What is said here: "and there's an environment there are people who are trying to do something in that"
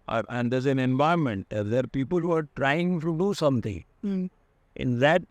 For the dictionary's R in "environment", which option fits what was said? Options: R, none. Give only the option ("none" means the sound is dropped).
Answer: none